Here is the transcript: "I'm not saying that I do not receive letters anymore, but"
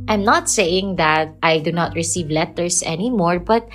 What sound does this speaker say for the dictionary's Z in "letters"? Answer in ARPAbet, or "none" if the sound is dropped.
S